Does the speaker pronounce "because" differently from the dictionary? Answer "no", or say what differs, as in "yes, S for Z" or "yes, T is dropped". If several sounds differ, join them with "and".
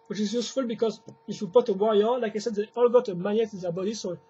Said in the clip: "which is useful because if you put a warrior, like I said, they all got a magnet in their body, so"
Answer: no